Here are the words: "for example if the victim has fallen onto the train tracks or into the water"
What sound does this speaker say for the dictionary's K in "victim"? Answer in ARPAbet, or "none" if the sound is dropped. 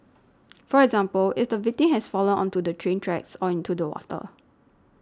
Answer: none